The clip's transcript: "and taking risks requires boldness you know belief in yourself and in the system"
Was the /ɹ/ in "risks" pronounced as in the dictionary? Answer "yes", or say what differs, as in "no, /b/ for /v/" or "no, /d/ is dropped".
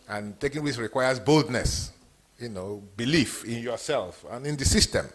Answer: no, /w/ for /ɹ/